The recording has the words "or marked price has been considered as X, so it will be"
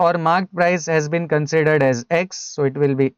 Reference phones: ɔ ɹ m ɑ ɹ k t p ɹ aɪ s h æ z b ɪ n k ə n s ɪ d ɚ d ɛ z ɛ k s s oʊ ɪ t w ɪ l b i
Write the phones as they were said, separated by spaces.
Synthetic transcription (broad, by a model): ɔ ɹ m ɑ ɹ k t p ɹ aɪ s h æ z b ɪ n k ə n s ɪ d ɚ d ɛ z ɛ k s s oʊ ɪ t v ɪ l b i